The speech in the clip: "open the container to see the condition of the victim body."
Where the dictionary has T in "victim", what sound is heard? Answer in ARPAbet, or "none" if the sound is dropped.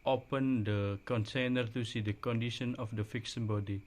S